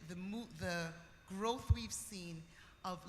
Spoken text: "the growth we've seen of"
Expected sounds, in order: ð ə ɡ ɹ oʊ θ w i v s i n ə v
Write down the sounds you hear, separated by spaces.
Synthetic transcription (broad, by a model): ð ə ɡ ɹ oʊ θ w i v s i n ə v